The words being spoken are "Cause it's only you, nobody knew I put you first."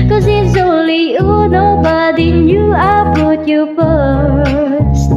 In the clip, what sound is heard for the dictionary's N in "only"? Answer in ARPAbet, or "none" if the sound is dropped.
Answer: none